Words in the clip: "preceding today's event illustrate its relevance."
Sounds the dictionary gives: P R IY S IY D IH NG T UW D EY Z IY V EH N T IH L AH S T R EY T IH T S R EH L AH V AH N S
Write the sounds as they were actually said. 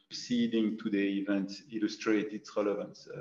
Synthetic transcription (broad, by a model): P S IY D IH NG T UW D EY IY V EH N T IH L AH S T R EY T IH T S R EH L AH V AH N S